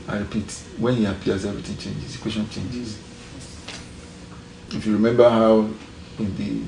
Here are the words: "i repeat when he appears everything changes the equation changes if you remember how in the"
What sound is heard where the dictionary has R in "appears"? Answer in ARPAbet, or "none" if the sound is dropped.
L